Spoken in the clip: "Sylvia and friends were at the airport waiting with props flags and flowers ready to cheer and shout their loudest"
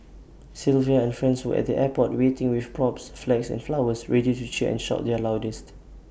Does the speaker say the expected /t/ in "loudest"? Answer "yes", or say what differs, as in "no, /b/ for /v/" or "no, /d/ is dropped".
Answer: yes